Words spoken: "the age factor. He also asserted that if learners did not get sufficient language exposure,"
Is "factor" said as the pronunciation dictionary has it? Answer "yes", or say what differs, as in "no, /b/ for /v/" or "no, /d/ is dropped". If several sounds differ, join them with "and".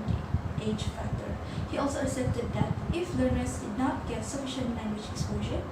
yes